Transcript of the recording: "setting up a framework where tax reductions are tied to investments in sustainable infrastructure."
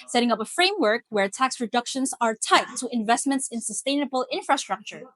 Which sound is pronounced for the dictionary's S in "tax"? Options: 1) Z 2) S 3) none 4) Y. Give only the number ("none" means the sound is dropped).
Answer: 2